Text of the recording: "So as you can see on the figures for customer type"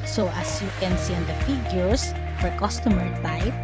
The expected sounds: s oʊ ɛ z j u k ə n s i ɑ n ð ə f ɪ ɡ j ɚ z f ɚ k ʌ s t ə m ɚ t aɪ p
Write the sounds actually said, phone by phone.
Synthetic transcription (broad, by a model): s oʊ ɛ s j u k ə n s i ɑ n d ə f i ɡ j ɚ s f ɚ k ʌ s t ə m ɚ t aɪ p